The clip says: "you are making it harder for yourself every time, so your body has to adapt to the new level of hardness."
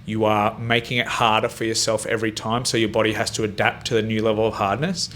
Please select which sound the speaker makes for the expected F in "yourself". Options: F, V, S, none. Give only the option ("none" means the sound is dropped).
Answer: F